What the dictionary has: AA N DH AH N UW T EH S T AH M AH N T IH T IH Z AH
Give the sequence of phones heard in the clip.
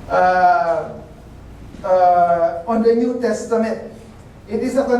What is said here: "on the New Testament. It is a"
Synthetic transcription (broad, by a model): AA N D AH N UW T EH S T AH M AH T IH T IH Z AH